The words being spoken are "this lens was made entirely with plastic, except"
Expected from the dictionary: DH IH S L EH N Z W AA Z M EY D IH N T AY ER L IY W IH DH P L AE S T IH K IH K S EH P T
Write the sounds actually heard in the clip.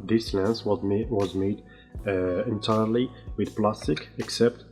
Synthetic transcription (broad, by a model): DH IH S L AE N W W AA Z M EY D IH N T AY ER L IY W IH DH P L AE S T IH K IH K S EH P T